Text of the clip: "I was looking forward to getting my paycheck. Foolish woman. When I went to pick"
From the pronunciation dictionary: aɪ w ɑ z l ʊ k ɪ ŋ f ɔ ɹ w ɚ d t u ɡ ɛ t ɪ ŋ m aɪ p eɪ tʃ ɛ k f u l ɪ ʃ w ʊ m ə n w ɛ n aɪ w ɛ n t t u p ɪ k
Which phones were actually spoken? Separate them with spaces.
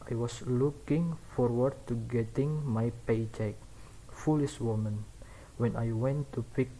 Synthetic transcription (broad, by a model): aɪ w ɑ s l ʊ k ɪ ŋ f ɔ ɹ w ɚ d t u ɡ ɛ t ɪ ŋ m aɪ p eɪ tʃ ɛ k f u l ɪ ʃ w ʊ m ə n w ɛ n aɪ w ɛ n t t u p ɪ k